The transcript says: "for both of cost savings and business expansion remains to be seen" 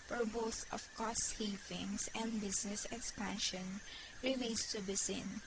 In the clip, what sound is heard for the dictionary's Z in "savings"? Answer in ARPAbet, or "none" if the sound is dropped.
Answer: S